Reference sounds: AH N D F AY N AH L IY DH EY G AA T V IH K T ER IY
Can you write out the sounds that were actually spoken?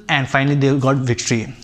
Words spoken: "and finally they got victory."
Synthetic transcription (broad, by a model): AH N D F AY N AH L IY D EY G AA T V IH K T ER IY